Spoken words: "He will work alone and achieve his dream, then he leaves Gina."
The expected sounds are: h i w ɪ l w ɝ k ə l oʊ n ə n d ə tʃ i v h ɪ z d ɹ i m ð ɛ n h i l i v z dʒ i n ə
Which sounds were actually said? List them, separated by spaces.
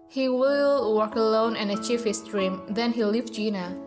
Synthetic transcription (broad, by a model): h i w ɪ l w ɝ k ə l oʊ n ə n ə tʃ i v h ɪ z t ɹ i m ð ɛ n h i l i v dʒ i n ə